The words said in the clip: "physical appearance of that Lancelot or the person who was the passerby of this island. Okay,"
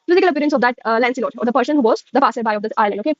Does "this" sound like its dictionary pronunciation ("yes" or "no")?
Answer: no